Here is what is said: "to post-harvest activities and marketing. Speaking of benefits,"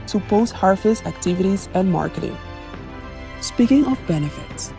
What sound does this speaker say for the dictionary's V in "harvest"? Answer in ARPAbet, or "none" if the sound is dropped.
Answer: F